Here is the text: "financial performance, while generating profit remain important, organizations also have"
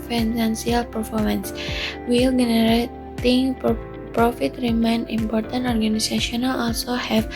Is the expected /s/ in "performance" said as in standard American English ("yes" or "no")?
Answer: yes